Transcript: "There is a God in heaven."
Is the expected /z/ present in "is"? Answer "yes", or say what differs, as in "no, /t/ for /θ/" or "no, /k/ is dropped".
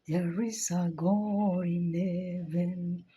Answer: no, /s/ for /z/